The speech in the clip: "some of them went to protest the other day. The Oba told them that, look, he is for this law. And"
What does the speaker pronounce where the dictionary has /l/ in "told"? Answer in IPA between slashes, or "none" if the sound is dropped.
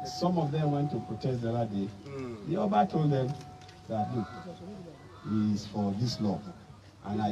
/l/